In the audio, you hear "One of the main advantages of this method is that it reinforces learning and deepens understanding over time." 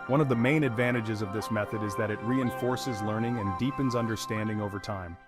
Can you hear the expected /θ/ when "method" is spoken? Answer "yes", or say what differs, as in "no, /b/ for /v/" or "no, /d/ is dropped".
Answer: yes